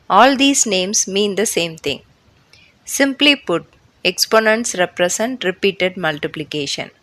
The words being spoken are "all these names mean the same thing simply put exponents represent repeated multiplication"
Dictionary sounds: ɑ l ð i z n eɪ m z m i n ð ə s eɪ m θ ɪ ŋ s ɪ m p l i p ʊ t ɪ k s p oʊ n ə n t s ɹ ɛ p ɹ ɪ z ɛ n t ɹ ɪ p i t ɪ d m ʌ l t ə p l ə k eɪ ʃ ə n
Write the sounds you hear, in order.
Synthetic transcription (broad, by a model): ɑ l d i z n eɪ m s m i n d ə s eɪ m t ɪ ŋ s ɪ m p l i p ʊ t ɪ k s p oʊ n ə n t s ɹ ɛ p ɹ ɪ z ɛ n t ɹ ɪ p i t ɪ d m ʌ l t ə p l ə k eɪ ʃ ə n